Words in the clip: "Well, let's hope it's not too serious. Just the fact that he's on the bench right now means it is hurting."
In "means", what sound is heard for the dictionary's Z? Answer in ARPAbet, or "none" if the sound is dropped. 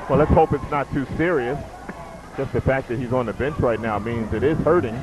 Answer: Z